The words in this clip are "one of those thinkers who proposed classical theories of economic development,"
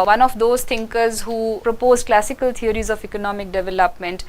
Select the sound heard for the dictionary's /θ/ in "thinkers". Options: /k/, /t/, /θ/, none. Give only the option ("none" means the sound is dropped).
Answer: /t/